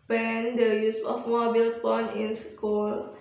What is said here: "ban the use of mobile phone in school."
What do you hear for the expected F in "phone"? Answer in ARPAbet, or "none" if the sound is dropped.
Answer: P